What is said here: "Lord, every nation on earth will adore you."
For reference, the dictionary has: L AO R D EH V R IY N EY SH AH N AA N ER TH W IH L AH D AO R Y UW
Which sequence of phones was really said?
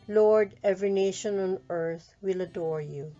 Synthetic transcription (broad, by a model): L AO R D EH V R IY N EY SH AH N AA N ER TH W IH L AH D AO R Y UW